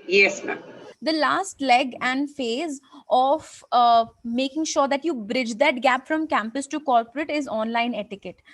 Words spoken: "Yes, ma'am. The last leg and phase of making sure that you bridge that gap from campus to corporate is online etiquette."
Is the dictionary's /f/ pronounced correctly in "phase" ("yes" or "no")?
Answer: yes